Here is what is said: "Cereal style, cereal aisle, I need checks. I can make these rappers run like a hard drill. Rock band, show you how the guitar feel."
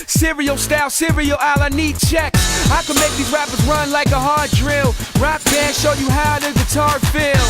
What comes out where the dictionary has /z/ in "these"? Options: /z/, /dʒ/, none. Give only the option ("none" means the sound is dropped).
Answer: none